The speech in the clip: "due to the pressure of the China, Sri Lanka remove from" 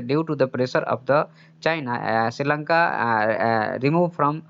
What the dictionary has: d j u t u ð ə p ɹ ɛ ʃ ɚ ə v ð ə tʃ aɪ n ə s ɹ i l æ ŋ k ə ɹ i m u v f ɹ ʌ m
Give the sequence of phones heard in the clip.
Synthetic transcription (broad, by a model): d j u t u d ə p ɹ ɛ s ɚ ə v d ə tʃ aɪ n ə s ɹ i l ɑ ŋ k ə ɹ i m u v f ɹ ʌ m